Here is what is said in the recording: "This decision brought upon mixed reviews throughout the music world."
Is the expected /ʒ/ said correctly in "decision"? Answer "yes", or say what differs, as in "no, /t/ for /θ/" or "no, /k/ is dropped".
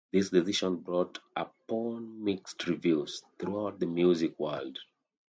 no, /ʃ/ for /ʒ/